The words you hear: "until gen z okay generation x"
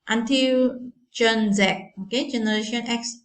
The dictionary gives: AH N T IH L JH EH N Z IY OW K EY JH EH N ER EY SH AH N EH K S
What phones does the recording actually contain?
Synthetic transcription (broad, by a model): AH N T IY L CH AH N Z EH OW K EY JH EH N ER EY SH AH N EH K S